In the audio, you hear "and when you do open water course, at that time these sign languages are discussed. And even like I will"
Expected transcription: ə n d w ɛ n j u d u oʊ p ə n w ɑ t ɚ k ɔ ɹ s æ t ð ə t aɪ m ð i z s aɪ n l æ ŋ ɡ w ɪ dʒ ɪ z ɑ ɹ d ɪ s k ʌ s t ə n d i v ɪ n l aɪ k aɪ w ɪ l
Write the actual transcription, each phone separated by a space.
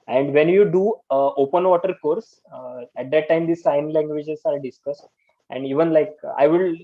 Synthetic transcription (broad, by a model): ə n d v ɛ n j u d u oʊ p ə n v ɑ t ɚ k ɔ ɹ s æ t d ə t aɪ m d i s aɪ n l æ ŋ ɡ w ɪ dʒ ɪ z ɑ ɹ d ɪ s k ʌ s t ə n d i v ɪ n l aɪ k aɪ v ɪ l